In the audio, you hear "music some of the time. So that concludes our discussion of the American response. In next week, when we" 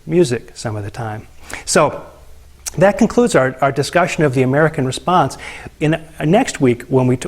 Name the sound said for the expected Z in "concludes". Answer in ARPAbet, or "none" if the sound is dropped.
Z